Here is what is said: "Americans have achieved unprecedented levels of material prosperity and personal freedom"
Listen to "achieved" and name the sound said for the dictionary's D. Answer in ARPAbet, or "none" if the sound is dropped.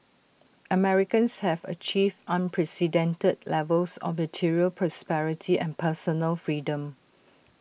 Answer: none